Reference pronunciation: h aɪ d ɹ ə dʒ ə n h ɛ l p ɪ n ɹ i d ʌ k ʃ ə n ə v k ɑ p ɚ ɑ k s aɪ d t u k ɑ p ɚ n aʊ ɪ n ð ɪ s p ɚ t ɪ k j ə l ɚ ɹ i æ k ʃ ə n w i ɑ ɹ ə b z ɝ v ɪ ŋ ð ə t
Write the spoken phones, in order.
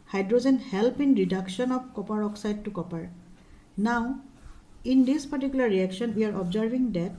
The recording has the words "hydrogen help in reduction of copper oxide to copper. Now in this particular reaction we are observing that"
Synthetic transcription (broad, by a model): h aɪ d ɹ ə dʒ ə n h ɛ l p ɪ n ɹ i d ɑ k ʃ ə n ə b k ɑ p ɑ ɑ k s aɪ d t u k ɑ p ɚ n aʊ ɪ n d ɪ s p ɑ t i k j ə l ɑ ɹ i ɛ k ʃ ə n w i ɑ ɹ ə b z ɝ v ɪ ŋ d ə t